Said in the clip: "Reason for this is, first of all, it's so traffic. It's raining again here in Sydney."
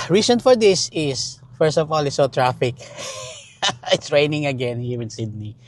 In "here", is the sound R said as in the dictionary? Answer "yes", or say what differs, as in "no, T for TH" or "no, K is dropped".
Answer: no, W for R